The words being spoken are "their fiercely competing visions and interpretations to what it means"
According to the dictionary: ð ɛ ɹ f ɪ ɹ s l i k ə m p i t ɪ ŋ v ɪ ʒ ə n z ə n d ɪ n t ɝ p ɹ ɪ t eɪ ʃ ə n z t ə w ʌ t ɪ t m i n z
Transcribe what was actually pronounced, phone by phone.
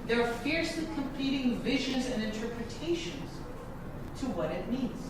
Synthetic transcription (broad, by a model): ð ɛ ɹ f ɪ ɹ s l i k ə m p i t ɪ ŋ v ɪ ʒ ə n z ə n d ɪ n t ɝ p ɹ ɪ t eɪ ʃ ə n z t ə w ʌ t ɪ t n i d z